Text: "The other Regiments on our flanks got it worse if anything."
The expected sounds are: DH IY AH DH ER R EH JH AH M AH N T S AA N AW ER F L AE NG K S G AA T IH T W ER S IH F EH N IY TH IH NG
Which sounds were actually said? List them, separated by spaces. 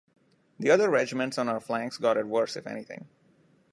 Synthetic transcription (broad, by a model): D IY AH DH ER R EH JH AH M AH N T S AA N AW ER F L AE NG K S G AA T IH T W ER S IH F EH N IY T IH NG